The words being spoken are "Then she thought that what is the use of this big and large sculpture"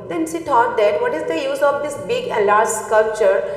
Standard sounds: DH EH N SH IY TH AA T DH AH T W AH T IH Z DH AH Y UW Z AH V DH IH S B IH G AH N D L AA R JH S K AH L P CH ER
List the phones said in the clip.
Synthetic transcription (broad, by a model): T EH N S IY T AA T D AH T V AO T IH Z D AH Y UW Z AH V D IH S B IH G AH L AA R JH S K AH L P CH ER